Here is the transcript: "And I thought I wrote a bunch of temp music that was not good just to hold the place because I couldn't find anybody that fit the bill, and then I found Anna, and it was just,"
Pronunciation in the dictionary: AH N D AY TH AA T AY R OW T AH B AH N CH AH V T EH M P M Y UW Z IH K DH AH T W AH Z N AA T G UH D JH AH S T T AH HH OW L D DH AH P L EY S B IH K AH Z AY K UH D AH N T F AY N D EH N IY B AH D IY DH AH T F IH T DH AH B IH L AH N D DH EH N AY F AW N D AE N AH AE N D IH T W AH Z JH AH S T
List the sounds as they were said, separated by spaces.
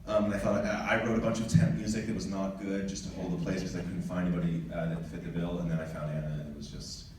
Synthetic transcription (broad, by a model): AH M AY F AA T AY R OW T AH B AH N CH AH V T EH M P M Y UW Z IH K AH T W AH Z N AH T G UH D JH AH S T T AH HH OW L D DH AH P L EY S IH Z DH AY K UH D N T F AY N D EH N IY B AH D IY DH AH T F IH T DH AH B IH L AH N DH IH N AY F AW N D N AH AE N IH IH T W AH Z JH AH S T